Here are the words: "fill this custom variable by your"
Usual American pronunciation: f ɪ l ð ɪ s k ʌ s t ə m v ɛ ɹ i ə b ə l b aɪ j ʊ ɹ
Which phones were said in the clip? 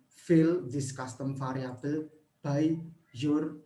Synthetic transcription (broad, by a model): f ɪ l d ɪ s k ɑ s t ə m f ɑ ɹ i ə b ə l b aɪ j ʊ ɹ